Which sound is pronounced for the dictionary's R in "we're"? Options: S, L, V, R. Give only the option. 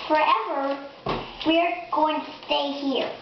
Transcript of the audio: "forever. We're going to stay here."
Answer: R